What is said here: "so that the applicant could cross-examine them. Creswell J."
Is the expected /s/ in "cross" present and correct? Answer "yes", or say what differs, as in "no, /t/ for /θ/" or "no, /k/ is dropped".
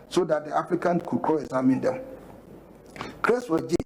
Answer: no, /s/ is dropped